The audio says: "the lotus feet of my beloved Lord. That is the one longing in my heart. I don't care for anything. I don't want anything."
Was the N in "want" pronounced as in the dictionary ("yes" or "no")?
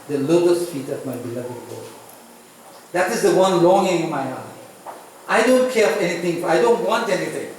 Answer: yes